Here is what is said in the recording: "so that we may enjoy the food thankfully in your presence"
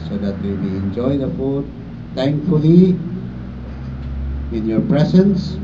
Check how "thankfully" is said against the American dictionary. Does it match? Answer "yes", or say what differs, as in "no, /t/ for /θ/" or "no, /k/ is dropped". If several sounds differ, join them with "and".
no, /t/ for /θ/